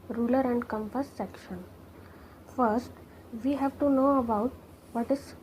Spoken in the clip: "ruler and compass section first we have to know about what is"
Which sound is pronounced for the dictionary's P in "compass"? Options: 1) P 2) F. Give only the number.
2